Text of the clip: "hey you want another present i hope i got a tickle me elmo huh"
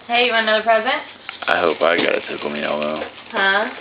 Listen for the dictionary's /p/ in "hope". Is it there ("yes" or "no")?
yes